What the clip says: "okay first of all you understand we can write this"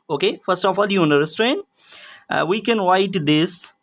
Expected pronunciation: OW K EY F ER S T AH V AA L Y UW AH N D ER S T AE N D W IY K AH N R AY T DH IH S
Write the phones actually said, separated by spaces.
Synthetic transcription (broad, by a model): OW K EY F ER S T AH F AA L Y UW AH N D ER S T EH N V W IY K AH N W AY T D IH S